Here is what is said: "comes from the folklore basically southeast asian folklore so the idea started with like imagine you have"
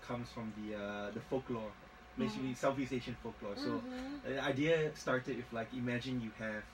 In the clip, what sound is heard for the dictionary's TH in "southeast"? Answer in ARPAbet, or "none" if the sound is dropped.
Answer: F